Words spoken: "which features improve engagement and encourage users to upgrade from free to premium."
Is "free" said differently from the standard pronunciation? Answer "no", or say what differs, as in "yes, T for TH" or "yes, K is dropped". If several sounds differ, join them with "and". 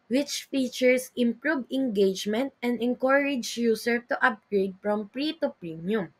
yes, P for F